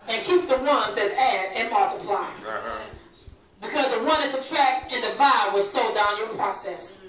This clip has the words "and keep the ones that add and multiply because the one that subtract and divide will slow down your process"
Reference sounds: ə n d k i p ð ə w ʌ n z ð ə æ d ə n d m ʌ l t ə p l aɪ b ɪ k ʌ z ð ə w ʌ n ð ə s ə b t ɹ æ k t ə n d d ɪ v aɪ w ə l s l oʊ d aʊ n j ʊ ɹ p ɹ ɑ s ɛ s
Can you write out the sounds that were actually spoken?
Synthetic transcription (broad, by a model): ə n k i p ð ə w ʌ n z ð ə æ d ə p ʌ t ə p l aɪ b ɪ k ʌ z ð ə w ʌ n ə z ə t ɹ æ k t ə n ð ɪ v aɪ w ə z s oʊ d aʊ n j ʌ ɹ p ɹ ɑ s ɛ s